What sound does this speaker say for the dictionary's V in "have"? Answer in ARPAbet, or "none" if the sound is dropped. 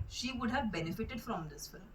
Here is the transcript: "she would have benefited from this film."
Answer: V